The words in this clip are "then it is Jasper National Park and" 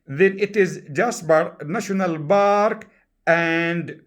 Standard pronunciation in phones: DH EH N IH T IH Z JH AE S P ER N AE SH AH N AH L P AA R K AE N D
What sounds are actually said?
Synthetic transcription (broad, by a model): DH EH N IH T IH Z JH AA S B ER N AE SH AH N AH L B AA R K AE N D